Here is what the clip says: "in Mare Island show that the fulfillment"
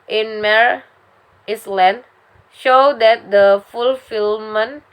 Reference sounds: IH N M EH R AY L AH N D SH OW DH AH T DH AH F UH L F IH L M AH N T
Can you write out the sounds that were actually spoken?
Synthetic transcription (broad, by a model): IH N M EH R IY L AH N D SH OW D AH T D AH F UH L F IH L M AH N